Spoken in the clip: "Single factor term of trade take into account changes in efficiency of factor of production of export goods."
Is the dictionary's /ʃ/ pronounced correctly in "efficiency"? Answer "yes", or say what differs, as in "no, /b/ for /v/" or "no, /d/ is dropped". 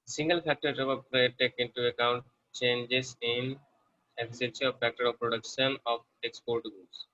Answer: no, /s/ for /ʃ/